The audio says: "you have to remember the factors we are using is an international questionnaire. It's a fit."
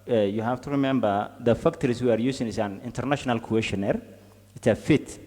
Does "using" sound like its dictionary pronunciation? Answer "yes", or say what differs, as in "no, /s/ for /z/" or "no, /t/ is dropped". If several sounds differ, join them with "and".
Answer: no, /s/ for /z/